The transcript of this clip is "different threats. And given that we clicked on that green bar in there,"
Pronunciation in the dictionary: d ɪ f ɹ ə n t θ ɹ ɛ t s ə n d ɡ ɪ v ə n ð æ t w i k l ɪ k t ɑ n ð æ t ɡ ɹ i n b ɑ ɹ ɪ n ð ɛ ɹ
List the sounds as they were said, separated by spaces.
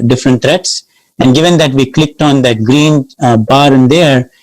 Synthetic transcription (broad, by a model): d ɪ f ɹ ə n t t ɹ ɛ t s ə n d ɡ ɪ v ə n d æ t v i k l ɪ k t ɑ n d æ t ɡ ɹ i n b ɑ ɹ ɪ n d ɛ ɹ